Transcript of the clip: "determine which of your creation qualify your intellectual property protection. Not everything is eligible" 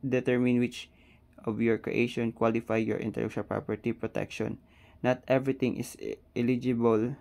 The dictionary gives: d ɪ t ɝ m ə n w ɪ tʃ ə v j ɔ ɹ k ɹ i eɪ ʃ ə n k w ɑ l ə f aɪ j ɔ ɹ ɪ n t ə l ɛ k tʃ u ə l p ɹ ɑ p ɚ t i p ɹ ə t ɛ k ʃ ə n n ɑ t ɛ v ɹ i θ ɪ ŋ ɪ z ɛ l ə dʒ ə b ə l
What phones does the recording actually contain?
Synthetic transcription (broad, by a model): d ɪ t ɝ m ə n w ɪ tʃ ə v j ɔ ɹ k ɹ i eɪ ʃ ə n k w ɑ l ə f aɪ j ɔ ɹ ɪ n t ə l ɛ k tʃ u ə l p ɹ ɑ p ɚ t i p ɹ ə t ɛ k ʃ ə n n ɑ t ɛ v ɹ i t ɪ ŋ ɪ s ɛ l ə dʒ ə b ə l